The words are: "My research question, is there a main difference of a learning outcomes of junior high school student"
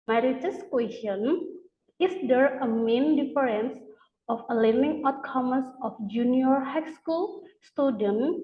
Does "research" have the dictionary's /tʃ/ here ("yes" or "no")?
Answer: no